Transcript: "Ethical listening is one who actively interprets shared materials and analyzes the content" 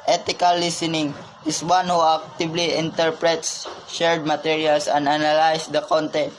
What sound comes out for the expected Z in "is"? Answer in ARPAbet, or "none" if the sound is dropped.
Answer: S